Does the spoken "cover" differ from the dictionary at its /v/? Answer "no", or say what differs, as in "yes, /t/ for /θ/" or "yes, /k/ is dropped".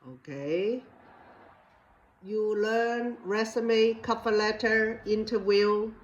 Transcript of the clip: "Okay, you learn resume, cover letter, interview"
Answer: yes, /p/ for /v/